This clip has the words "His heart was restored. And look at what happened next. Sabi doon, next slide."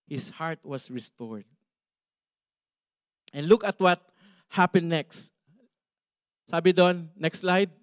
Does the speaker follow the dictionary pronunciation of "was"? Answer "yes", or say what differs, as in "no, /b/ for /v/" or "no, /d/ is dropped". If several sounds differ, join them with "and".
no, /s/ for /z/